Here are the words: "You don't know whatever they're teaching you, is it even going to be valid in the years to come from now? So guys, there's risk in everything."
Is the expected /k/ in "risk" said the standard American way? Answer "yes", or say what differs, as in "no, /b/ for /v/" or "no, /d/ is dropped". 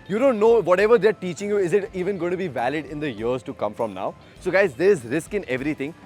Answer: yes